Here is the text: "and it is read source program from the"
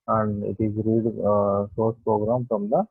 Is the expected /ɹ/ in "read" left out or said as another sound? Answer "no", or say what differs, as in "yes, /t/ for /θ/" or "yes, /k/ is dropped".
no